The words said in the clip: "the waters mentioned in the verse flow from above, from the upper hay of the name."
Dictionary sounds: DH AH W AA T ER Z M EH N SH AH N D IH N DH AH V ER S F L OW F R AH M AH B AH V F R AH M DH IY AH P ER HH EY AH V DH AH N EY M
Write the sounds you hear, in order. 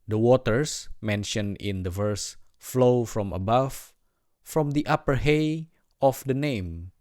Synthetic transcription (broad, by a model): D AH W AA T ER S M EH N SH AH N IH N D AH V ER S F L OW F R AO M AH B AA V F R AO M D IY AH P ER HH EY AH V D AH N EY M